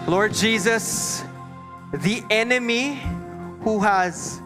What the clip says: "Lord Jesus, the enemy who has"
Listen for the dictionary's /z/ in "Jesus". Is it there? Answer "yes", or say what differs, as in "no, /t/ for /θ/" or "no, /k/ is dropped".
yes